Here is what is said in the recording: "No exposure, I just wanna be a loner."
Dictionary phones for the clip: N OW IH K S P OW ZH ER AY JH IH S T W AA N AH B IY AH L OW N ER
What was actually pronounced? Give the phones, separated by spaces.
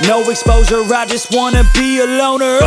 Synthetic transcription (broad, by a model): N OW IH K S P OW Z ER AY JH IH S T W AA N AH B IY AH L OW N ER